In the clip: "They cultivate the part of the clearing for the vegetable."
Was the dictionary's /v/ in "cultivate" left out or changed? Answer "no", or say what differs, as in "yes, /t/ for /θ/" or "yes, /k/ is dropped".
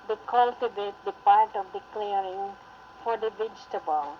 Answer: yes, /b/ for /v/